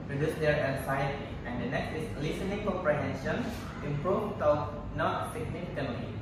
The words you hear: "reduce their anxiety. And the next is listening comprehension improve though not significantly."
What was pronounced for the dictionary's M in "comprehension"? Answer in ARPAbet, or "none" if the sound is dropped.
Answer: none